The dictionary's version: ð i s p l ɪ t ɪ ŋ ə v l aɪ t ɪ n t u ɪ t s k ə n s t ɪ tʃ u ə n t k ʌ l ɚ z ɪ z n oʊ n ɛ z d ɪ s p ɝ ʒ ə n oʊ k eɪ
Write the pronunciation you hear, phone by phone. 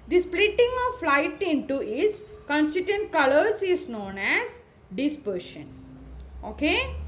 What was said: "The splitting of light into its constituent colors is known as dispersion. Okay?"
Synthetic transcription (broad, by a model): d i s p l ɪ t ɪ ŋ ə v l aɪ t ɪ n t u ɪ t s k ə n s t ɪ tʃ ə n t k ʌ l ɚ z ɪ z n oʊ n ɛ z d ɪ s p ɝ ʃ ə n oʊ k eɪ